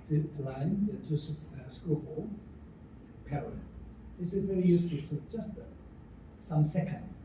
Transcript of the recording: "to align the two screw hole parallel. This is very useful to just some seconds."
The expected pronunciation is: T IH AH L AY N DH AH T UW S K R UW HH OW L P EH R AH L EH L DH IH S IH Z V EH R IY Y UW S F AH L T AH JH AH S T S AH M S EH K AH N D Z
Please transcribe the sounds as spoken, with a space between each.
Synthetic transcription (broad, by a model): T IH AH L AY N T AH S S K UW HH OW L P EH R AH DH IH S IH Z V EH R IY Y UW S F AH L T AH JH AH S T S AH M S EH K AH N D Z